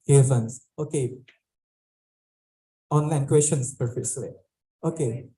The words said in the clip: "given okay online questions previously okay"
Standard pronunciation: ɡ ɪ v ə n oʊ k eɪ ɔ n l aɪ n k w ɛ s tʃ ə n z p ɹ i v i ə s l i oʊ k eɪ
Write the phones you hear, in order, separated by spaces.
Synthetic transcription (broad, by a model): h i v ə n oʊ k eɪ ɔ n l aɪ n k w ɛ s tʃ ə n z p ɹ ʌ f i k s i oʊ k eɪ